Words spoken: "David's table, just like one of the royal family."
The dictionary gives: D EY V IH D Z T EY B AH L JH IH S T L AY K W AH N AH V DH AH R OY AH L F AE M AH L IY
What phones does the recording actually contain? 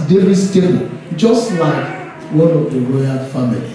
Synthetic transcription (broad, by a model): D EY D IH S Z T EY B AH N JH IH S T L AY K W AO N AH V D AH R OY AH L F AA M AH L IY